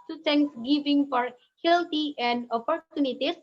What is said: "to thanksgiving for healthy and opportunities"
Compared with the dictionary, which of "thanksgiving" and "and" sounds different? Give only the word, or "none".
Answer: thanksgiving